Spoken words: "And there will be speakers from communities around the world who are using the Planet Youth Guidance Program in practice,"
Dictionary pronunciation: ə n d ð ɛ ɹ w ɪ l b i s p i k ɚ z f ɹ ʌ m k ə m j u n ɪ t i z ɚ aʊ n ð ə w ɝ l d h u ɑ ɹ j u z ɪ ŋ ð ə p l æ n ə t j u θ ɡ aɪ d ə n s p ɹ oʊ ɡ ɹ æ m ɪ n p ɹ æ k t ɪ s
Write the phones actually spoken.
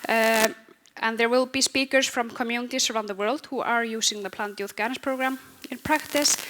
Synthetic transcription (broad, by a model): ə n ð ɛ ɹ w ɪ l b i s p i k ɚ s f ɹ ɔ m k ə m j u n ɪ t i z ɚ aʊ n ð ə w ɝ l d h u ɑ ɹ j u s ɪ ŋ ð ə p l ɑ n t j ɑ f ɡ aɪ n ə s p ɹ oʊ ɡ ɹ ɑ m ɪ n p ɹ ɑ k t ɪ s